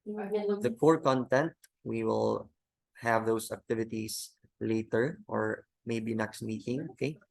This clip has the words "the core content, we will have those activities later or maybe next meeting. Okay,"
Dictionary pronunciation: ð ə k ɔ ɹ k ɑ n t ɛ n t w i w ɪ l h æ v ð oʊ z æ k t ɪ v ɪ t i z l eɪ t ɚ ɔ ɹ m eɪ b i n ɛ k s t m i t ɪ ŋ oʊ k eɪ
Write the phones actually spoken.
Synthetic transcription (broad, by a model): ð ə k ɔ ɹ k ɑ n t ɛ n t w i w ɪ l h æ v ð oʊ s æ k t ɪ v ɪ t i s l eɪ t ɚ ɔ ɹ m eɪ b i n ɛ k s t m i t ɪ ŋ oʊ k eɪ